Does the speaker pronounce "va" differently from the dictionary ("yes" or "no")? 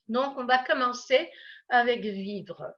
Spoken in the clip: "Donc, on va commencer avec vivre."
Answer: no